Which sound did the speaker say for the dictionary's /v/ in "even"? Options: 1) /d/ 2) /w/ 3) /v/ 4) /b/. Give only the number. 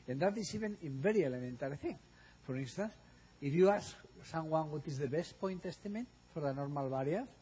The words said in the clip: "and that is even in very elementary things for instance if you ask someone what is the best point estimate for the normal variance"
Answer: 4